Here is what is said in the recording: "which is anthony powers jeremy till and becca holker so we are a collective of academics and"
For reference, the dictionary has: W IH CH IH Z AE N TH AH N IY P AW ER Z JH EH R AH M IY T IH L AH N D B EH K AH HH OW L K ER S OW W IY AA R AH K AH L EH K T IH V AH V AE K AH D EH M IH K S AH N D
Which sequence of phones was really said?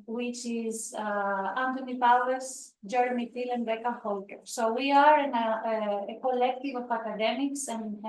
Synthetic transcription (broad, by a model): W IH CH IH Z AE N T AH N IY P AW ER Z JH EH R M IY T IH L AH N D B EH K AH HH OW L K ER S OW W IY AA R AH K AH L EH K T IH V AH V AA K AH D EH M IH K S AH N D